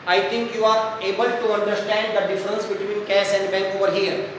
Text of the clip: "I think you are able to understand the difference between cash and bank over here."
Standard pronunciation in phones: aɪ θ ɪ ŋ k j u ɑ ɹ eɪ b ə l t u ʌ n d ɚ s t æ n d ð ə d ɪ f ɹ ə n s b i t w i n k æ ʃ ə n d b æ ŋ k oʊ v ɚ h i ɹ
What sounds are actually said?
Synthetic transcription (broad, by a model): aɪ t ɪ ŋ k j u ɑ ɹ eɪ b ə l t u ʌ n d ɚ s t æ n d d ə d ɪ f ɹ ə n s b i t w i n k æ s ə n d b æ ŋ k oʊ v ɚ h i ɹ